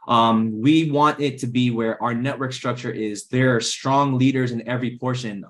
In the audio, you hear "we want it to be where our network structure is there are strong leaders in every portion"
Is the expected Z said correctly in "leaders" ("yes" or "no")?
yes